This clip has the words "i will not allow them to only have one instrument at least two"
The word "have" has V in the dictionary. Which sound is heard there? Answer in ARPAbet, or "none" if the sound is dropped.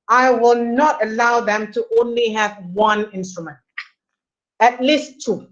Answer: V